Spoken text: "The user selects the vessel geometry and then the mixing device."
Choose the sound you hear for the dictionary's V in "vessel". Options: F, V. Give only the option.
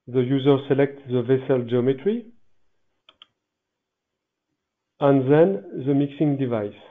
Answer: V